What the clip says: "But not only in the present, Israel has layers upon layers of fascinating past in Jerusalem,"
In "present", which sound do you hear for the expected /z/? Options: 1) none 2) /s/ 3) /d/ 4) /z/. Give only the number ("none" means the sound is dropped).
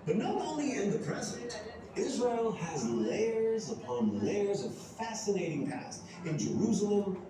4